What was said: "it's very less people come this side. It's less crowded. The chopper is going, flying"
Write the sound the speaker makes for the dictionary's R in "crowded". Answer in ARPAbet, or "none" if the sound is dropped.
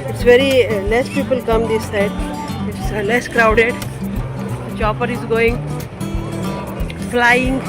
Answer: R